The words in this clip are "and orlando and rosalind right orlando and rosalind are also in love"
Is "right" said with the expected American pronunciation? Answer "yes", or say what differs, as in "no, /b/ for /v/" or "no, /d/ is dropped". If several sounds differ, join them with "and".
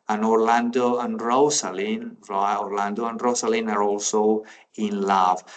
no, /t/ is dropped